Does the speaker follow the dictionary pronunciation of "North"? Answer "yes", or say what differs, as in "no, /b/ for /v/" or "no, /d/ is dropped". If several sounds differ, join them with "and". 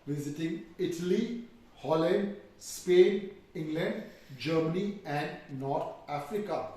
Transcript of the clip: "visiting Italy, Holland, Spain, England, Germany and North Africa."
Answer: no, /t/ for /θ/